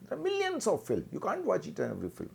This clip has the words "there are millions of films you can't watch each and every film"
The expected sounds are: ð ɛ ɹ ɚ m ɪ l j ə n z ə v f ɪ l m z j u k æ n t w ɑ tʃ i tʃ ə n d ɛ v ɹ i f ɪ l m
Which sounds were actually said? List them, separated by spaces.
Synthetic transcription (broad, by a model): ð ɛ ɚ m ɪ l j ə n s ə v f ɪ l m j u k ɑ n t w ɑ tʃ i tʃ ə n ɛ v ɹ i f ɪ l m